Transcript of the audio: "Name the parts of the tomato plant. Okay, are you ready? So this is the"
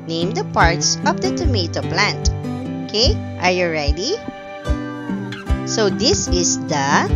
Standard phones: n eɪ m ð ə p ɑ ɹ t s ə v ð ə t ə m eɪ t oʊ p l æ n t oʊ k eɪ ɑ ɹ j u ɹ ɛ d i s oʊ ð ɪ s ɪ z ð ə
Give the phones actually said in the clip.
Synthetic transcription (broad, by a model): n eɪ m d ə p ɑ ɹ t s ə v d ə t ə m eɪ t oʊ p l æ n t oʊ k eɪ ɑ ɹ j u ɹ ɛ d i s oʊ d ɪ s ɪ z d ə